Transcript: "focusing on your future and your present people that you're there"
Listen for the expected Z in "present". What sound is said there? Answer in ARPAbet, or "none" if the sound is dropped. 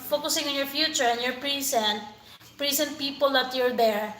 S